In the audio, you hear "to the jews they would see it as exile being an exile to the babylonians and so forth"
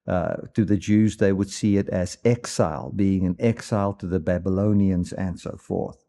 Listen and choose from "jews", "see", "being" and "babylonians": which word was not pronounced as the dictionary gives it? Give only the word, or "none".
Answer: none